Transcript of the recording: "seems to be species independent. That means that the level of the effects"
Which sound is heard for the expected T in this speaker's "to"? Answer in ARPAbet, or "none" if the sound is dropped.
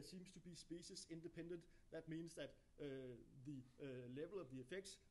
T